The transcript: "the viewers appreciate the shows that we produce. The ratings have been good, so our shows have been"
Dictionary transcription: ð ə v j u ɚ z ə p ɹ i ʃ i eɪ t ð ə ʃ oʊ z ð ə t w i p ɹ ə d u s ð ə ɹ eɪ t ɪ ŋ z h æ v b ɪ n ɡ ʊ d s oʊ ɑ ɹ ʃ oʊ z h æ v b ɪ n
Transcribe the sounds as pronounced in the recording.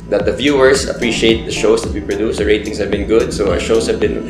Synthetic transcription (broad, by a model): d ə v j u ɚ s ə p ɹ i ʃ i eɪ t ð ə ʃ oʊ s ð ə t w i p ɹ ə d u s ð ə ɹ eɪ t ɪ ŋ s h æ v b ɪ n ɡ ʊ d s oʊ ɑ ʃ oʊ s h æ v b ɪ n